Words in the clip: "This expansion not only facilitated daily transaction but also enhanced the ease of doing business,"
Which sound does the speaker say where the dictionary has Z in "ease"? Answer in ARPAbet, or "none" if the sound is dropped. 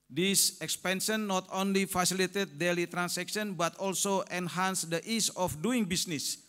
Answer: S